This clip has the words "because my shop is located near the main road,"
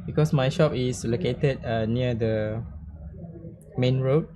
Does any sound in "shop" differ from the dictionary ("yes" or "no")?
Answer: no